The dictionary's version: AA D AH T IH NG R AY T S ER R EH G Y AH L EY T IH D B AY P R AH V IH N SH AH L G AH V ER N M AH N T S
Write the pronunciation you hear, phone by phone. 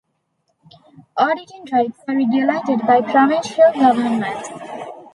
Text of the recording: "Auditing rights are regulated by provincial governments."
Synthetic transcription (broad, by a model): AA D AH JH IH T R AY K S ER R EH G Y AH L EY T IH D B AY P R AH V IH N SH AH L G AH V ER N M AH N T